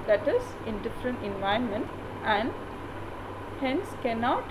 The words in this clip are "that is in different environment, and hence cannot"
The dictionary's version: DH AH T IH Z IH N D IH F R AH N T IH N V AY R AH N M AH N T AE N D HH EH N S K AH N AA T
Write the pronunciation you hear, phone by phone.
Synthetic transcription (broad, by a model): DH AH T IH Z IH N D IH F R AH N T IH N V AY AH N M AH N T AE N D HH EH N S K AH N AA T